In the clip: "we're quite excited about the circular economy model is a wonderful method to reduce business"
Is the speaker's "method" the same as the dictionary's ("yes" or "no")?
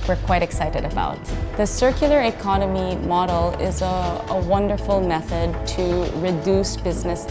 yes